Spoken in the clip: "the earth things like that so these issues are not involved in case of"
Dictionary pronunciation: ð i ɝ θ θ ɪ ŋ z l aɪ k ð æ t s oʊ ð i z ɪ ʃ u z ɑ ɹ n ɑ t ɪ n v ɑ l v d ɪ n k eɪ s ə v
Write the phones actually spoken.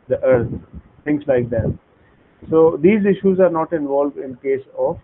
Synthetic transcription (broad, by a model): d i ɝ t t ɪ ŋ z l aɪ k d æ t s oʊ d i z ɪ ʃ u z ɑ ɹ n ɑ t ɪ n v ɑ l v d ɪ n k eɪ s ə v